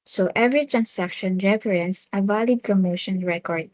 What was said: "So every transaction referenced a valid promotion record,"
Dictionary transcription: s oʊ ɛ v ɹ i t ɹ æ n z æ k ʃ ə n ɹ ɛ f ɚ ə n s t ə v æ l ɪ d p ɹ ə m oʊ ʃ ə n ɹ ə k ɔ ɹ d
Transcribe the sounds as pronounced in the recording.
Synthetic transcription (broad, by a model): s oʊ ɛ v ɹ i t ɹ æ n s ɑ k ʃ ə n ɹ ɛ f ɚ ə n s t ə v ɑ l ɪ d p ɹ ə m oʊ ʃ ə n ɹ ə k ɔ ɹ d